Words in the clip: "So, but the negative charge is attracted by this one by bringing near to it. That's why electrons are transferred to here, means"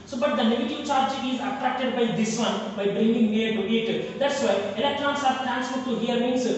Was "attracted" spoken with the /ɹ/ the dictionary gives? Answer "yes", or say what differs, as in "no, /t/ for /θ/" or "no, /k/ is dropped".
yes